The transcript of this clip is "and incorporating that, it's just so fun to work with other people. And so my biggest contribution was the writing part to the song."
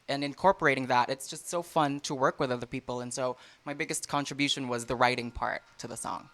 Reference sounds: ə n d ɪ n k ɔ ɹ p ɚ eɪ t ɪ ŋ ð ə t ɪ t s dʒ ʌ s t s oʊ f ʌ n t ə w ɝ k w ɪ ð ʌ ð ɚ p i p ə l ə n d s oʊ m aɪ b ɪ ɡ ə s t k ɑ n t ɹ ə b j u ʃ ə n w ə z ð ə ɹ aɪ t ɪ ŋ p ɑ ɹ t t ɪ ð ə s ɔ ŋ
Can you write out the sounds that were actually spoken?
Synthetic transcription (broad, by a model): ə n ɪ n k ɔ ɹ p ɚ eɪ t ɪ ŋ ð ə t ɪ t s dʒ ʌ s t s oʊ f ʌ n t ə w ɝ k w ɪ ð ʌ ð ɚ p i p l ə n s oʊ m aɪ b ɪ ɡ ə s t k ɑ n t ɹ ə b j u ʃ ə n w ə z ð ə ɹ aɪ t ɪ ŋ p ɑ ɹ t t ɪ ð ə s ɔ ŋ